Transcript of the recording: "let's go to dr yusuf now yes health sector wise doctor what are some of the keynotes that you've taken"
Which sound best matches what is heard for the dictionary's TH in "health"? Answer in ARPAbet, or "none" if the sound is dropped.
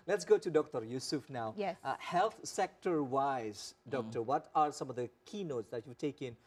T